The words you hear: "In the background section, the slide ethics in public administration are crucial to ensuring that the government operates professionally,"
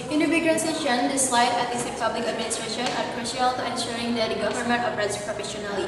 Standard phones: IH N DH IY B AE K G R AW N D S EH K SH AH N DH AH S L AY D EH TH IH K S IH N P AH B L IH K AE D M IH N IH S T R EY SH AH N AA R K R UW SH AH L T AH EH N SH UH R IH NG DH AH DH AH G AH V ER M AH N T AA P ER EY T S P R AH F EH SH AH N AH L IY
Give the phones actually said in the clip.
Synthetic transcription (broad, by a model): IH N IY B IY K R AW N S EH SH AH N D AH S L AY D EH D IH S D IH P AH B L IH K AE D M IH N IH S T R EY SH AH N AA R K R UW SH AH L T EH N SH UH R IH NG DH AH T G AH V ER M AH N T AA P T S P R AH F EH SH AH N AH L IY